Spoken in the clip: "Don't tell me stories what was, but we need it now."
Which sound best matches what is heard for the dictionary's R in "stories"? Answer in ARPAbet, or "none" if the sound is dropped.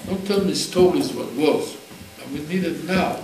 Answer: L